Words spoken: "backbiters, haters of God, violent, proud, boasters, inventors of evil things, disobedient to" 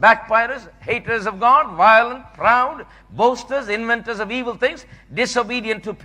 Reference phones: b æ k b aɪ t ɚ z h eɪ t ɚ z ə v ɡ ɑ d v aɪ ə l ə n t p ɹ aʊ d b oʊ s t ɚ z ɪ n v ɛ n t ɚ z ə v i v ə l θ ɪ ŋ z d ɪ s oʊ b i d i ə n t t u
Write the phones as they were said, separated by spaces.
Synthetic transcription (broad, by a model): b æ k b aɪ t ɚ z h eɪ t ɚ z ə v ɡ ɑ d v aɪ ə l ə n t p ɹ aʊ d b oʊ s t ɚ z ɪ n v ɛ n t ɚ z ə v i v ə l t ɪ ŋ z d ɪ s oʊ b i d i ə n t t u